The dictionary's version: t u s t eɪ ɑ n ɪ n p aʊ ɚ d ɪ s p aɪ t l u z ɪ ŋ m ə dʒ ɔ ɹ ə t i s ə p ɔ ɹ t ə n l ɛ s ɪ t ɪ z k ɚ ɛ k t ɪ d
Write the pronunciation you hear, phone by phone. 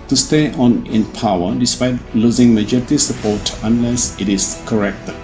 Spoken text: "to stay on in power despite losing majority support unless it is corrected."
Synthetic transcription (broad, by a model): t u s t eɪ ɑ n ɪ n p aʊ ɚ d ɪ s p aɪ t l u z ɪ ŋ m ə dʒ ɔ ɹ ə t i s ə p ɔ t ə n l ɛ s ɪ t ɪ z k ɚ ɛ k t